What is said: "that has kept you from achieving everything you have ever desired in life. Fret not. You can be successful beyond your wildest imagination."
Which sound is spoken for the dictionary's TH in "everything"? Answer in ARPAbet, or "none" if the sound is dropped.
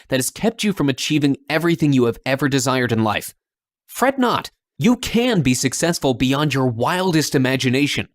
TH